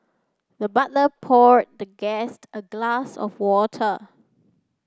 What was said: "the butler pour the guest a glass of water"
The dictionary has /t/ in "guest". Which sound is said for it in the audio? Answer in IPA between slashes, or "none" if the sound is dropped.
/t/